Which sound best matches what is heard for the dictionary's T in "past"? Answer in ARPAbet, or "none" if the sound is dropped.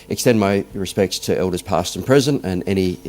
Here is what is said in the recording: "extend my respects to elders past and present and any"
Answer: T